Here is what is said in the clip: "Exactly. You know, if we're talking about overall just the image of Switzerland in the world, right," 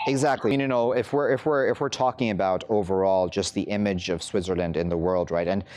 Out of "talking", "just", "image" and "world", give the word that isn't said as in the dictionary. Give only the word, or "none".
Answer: none